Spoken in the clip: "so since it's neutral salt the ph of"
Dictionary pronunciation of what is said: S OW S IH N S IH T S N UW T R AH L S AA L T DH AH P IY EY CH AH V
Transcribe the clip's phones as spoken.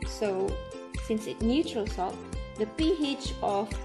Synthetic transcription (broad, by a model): S OW S IH N S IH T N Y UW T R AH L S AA T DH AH P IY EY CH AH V